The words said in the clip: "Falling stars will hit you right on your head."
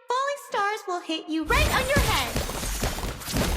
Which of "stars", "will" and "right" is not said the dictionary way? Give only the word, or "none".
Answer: none